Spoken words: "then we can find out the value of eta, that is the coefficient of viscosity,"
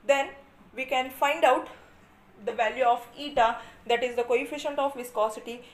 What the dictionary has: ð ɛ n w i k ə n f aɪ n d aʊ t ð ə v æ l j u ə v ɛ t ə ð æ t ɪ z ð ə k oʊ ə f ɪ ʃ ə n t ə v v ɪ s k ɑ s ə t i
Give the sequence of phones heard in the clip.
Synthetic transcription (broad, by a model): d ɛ n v i k ə n f aɪ n d aʊ t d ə v æ l j u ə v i t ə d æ t ɪ z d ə k oʊ ə f ɪ ʃ ə n t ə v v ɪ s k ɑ s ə t i